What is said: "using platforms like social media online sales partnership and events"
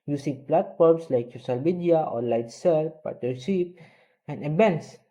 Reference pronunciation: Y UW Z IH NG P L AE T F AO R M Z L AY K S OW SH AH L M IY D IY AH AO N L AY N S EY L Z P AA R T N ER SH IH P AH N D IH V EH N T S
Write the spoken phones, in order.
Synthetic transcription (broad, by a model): Y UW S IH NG P L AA T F AO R M S L AY K S OW SH AH L M IY D IY AH AO L AY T S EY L P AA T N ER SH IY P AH N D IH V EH N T S